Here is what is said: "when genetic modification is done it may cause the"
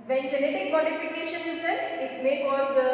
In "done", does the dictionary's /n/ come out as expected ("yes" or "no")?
no